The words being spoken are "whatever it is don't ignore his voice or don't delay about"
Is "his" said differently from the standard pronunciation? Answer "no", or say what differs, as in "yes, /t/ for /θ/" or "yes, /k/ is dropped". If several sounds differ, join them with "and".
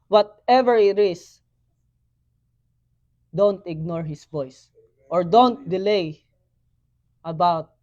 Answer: yes, /s/ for /z/